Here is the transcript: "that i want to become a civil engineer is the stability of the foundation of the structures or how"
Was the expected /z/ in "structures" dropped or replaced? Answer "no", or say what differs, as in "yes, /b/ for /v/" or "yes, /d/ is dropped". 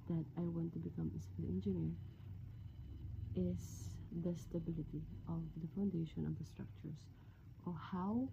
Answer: yes, /s/ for /z/